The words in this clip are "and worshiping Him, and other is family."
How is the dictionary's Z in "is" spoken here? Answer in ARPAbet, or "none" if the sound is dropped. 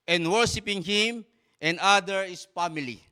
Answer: S